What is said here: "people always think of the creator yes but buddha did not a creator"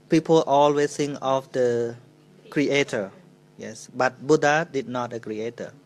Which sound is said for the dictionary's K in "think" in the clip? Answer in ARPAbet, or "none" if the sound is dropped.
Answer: none